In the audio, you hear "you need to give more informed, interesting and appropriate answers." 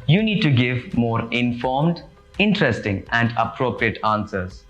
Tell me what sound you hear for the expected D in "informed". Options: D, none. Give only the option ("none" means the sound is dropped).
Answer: D